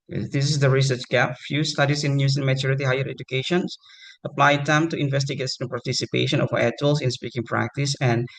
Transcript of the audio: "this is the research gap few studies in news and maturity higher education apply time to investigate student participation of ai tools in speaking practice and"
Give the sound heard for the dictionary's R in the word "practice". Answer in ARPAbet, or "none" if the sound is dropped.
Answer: R